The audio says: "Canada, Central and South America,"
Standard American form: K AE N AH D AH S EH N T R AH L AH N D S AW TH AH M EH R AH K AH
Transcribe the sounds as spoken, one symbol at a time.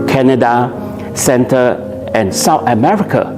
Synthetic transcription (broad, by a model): K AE N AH D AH S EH N T AH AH N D S AW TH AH M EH R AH K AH